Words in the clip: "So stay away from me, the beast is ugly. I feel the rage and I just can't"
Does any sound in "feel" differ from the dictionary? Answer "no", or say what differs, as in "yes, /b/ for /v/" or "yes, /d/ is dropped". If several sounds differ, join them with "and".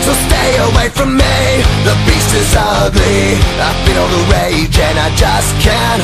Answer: yes, /n/ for /l/